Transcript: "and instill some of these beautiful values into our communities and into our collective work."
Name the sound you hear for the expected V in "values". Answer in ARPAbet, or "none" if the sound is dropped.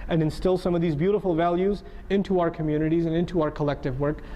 V